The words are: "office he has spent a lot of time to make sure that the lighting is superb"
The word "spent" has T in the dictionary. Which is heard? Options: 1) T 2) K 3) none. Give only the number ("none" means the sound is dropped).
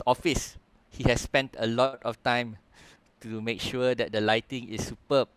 1